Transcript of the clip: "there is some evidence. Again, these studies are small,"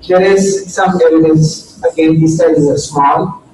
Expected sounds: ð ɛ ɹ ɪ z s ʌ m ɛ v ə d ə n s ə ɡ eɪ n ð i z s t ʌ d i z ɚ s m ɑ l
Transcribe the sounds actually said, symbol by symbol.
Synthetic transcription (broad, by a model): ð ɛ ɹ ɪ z s ʌ m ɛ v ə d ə n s ə ɡ eɪ n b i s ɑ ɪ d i ɚ s m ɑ l